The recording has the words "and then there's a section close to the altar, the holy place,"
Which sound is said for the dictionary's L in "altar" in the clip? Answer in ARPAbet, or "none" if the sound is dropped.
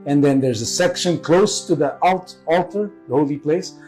L